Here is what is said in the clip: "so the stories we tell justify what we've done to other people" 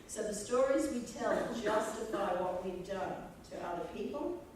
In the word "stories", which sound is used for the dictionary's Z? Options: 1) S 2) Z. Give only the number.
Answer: 2